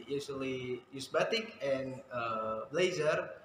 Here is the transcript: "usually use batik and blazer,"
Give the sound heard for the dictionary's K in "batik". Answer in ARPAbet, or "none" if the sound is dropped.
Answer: K